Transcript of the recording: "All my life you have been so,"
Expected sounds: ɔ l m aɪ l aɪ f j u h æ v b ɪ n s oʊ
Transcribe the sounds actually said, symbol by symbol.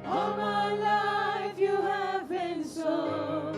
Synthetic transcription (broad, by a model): ɔ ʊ m aɪ l aɪ f j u h æ v b ɪ n s oʊ